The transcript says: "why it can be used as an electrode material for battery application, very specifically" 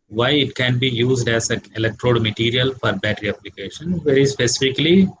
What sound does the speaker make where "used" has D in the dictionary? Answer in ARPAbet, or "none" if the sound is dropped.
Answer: D